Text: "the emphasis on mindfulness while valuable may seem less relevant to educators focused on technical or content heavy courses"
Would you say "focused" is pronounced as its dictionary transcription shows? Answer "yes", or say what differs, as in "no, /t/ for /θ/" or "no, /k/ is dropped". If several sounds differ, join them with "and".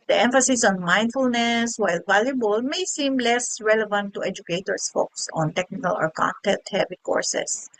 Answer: no, /t/ is dropped